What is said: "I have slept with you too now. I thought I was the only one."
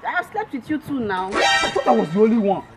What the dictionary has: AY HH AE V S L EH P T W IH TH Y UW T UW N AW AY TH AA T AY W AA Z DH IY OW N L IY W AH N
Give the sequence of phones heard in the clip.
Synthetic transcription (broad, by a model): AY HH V S L EH P T W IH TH Y UW T UW N AW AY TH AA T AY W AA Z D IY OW L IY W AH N